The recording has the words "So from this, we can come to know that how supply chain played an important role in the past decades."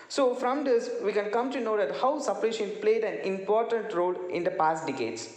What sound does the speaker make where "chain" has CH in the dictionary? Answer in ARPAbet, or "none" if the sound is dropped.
SH